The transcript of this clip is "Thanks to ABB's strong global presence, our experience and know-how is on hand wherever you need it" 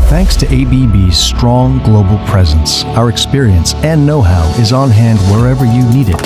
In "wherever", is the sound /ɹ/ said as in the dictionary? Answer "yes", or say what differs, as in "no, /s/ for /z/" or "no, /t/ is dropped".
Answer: yes